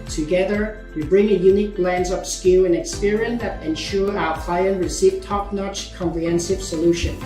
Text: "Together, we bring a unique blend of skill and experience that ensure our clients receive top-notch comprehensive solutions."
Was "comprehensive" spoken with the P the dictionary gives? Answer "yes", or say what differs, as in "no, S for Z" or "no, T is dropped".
yes